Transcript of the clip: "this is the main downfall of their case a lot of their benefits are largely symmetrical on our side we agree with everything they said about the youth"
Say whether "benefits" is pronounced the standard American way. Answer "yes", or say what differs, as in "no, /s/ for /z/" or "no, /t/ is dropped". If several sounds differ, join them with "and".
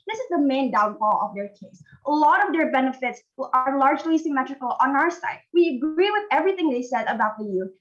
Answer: yes